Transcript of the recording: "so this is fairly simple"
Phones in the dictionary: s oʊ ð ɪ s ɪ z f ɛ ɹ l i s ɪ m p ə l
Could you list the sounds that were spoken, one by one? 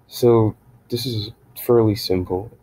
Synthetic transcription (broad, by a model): s oʊ ð ɪ s ɪ z f ɛ ɹ l i s ɪ m p l